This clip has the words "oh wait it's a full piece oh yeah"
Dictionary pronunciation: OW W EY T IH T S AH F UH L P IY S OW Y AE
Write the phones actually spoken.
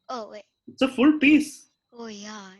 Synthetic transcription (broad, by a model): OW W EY IH T S AH F UH L P IY S OW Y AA